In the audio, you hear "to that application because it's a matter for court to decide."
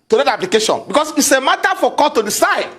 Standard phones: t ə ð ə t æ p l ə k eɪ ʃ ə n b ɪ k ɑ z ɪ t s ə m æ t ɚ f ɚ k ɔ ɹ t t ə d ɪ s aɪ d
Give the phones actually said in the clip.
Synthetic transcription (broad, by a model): t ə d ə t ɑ p l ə k eɪ ʃ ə n b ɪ k ɑ s ɪ t s ə m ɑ t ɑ f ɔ k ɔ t t ə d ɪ s aɪ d